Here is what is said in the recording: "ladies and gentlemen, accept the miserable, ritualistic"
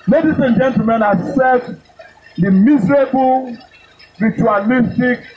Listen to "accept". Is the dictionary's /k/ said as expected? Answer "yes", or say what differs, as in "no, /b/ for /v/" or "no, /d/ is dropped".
no, /k/ is dropped